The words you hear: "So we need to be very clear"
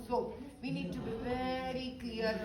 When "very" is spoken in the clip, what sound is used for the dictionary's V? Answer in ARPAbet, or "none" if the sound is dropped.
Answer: P